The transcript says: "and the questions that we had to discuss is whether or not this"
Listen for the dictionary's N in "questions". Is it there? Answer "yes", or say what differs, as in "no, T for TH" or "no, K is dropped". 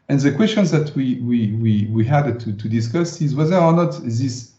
yes